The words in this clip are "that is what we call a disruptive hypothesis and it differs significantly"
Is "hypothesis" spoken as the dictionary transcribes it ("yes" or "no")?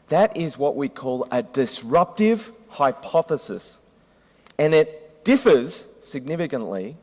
yes